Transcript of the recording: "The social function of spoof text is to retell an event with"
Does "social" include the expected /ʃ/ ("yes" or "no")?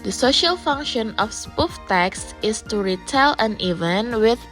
yes